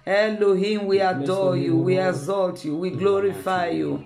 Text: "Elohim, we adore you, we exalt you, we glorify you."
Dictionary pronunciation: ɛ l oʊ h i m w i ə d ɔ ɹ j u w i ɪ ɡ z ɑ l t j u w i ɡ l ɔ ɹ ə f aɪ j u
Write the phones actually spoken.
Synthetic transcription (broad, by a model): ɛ l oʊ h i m w i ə d ɔ j u w i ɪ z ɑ l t j u w i ɡ l ɔ ɹ ə f aɪ j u